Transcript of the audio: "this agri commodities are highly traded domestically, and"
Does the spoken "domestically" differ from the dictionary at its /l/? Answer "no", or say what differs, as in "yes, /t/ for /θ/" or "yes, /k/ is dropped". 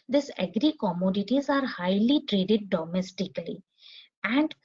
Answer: no